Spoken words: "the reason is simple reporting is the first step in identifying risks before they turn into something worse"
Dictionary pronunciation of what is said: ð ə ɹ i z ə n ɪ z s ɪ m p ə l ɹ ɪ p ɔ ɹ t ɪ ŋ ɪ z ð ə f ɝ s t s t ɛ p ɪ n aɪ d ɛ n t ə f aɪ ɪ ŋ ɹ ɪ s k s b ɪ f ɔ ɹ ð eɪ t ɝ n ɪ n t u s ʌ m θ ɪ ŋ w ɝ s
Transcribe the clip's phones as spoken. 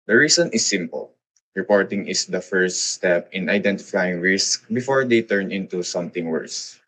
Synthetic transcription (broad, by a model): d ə ɹ i s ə n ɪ s ɪ m p ə l ɹ ɪ p ɔ ɹ t ɪ ŋ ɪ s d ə f ɝ s t s t ɛ p ɪ n aɪ d ɛ n t ə f aɪ ɪ ŋ ɹ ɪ s k b ɪ f ɔ ɹ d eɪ t ɝ n ɪ n t u s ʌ m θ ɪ ŋ w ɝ s